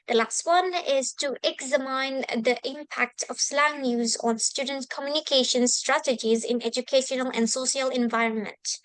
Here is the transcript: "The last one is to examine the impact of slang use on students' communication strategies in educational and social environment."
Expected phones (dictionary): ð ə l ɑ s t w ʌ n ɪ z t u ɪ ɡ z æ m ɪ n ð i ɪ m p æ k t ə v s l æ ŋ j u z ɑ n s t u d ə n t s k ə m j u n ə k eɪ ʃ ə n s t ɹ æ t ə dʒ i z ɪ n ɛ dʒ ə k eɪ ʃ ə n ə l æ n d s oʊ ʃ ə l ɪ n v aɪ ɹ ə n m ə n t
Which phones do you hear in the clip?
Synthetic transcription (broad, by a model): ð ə l ɑ s t w ʌ n ɪ z t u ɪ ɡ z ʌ m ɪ n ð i ɪ m p æ k t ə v s l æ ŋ j u z ɑ n s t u d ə n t k ə m j u n ə k eɪ ʃ ə n s t ɹ æ t ə dʒ i z ɪ n ɛ dʒ ə k eɪ ʃ ə n ə l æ n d s oʊ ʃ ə l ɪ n v aɪ ɹ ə n m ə n t